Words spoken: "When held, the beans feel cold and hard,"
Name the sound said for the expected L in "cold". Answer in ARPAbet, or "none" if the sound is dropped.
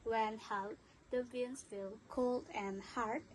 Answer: L